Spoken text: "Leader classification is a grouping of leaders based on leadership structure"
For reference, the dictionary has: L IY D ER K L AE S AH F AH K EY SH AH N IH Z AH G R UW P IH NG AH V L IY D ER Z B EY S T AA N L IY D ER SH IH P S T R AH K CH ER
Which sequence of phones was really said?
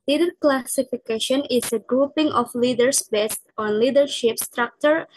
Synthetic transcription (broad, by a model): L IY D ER K L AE S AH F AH K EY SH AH N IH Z AH G R UW P IH NG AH F L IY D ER S B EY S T AA N L IY D ER SH IH P S T R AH K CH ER